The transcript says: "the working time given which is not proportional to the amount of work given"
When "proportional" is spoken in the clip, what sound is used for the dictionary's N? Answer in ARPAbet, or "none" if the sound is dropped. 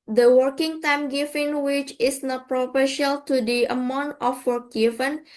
none